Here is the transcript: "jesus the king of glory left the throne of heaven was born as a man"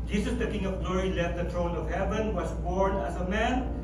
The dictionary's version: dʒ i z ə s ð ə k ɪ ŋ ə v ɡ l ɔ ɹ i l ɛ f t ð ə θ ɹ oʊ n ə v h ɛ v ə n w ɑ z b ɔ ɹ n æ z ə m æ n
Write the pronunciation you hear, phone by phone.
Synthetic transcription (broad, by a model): dʒ i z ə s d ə k ɪ ŋ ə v ɡ l ɔ ɹ i l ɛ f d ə t ɹ oʊ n ə v h ɛ v ə n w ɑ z b ɔ ɹ n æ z ə m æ n